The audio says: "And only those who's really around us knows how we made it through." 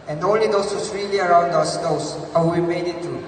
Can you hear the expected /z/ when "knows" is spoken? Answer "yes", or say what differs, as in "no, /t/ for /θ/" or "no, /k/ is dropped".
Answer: no, /s/ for /z/